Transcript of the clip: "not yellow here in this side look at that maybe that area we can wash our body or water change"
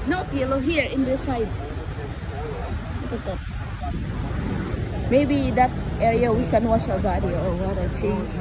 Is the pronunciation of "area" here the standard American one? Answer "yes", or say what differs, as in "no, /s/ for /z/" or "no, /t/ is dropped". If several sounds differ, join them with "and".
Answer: yes